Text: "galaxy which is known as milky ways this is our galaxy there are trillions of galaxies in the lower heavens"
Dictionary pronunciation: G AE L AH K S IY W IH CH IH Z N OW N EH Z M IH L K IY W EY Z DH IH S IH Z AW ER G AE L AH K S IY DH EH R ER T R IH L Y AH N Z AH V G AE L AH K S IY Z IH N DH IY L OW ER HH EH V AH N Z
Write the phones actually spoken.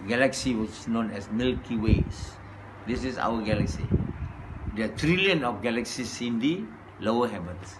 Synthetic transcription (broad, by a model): G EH L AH K S IY W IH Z N OW N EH S M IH L K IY W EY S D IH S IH S AW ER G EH L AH K S IY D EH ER T R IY L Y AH N AH F G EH L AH K S IY S IH N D IY L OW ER HH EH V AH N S